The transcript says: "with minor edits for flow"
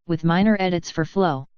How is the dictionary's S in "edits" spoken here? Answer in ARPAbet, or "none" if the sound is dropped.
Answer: S